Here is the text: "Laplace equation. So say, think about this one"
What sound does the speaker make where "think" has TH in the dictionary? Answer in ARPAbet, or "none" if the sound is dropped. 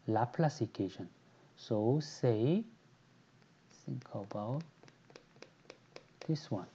S